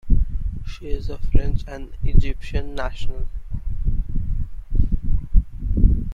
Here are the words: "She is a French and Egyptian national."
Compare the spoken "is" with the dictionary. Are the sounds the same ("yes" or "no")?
yes